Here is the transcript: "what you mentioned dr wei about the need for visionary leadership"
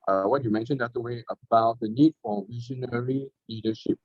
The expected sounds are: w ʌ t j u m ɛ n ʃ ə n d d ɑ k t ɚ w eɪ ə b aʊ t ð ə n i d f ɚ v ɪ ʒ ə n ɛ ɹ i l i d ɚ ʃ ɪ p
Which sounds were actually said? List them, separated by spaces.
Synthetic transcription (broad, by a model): w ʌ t j u m ɛ n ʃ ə n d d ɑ t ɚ w eɪ ə b aʊ t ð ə n i d f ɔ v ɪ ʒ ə n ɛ ɹ i l i d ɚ ʃ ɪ p